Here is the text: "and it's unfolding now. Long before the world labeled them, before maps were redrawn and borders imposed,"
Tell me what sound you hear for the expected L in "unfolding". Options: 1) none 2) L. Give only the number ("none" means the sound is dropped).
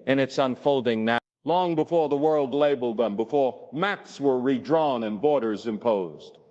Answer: 2